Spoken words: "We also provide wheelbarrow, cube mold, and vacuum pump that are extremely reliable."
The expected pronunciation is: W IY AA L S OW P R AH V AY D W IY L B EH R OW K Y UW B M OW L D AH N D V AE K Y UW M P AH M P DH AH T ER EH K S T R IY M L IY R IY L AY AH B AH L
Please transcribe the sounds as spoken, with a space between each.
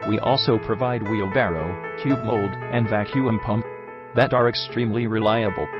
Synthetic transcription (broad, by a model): W IY AA L S OW P R AH V AY D W IY L B EH R OW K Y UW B M OW L D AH N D V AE K Y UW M P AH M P DH AH T ER EH K S T R IY M L IY R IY L AY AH B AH L